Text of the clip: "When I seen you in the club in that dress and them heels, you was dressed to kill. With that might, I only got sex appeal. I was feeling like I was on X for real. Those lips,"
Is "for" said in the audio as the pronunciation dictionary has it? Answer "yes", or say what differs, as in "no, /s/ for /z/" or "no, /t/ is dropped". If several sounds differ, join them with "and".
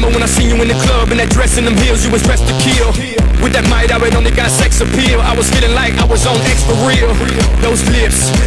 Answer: no, /p/ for /f/